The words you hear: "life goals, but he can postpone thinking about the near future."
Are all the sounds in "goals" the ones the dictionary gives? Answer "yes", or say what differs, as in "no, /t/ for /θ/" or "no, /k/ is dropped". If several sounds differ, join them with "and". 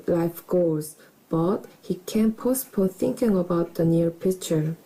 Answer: no, /l/ is dropped